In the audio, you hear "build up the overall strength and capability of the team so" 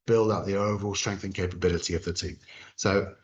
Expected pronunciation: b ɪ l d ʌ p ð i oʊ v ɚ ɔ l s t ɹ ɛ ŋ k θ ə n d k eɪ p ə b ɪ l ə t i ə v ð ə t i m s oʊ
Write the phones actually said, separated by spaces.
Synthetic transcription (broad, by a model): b ɪ l d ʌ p ð i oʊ v ɚ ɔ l s t ɹ ɛ ŋ k θ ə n k eɪ p ə b ɪ l ə t i ə v ð ə t i m s oʊ